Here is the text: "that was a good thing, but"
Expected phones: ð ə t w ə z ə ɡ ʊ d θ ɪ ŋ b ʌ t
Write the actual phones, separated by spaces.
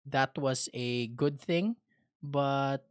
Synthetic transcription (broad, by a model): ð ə t w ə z ə ɡ ʊ d θ ɪ ŋ b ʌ t